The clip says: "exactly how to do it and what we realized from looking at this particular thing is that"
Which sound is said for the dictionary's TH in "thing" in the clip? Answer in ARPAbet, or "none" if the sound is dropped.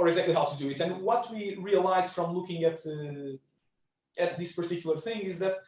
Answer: TH